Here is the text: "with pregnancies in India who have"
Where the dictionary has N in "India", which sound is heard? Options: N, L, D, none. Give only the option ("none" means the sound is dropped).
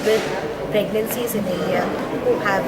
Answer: none